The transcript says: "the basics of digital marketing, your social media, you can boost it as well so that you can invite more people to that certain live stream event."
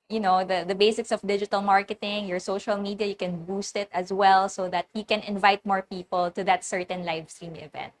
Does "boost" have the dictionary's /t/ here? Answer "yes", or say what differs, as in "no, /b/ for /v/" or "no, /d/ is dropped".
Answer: yes